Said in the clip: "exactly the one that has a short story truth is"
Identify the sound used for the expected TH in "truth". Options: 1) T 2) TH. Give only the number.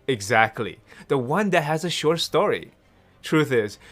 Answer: 2